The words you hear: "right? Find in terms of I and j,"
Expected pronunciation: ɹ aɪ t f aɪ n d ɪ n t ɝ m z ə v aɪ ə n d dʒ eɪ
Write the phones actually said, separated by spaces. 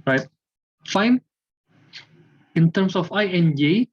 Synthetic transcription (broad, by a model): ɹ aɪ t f aɪ n ɪ n t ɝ m s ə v aɪ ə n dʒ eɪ